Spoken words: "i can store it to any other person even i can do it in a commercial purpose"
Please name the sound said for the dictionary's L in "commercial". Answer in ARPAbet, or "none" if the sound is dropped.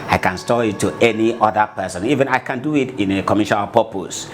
N